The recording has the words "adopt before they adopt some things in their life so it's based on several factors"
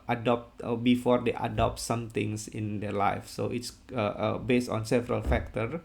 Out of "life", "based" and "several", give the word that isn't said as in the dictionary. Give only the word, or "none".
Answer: none